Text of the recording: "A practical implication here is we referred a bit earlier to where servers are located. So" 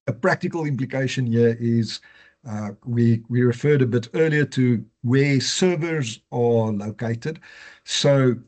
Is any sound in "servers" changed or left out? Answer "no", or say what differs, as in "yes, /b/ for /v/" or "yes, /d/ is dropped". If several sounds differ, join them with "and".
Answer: no